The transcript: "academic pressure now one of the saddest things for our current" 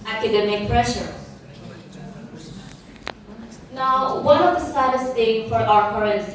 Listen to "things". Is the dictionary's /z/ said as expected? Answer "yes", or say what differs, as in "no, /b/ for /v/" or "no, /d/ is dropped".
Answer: no, /z/ is dropped